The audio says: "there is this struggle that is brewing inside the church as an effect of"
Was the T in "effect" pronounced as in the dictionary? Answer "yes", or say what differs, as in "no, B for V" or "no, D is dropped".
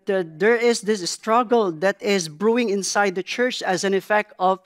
yes